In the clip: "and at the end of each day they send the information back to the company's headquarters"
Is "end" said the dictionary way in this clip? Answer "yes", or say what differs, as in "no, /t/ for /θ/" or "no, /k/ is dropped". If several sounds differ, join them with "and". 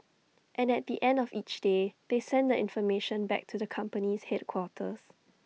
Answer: yes